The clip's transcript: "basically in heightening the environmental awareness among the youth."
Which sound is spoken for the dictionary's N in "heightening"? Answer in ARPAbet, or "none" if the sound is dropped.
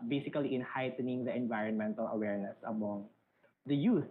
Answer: N